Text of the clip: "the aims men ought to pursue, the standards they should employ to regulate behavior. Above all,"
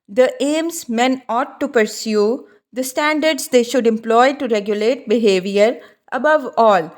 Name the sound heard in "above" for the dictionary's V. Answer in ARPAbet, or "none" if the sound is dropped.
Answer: V